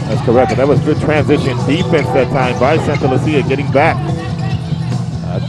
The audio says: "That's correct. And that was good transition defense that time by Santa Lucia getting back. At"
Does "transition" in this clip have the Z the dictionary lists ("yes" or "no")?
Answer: yes